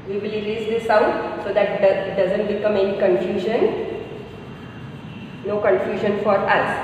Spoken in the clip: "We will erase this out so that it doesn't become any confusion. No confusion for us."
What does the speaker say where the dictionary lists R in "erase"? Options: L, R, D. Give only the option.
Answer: L